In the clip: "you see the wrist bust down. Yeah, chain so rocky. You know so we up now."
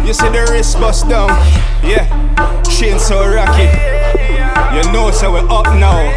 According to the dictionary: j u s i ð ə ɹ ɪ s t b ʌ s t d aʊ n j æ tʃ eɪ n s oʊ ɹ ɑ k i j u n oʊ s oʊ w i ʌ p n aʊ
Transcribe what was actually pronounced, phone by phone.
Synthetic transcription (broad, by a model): j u s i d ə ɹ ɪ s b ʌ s d aʊ n j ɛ ʃ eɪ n s oʊ ɹ ɑ k i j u n oʊ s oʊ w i ʌ p n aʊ